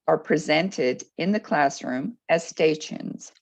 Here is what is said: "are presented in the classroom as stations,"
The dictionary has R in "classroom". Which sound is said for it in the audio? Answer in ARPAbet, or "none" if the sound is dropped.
R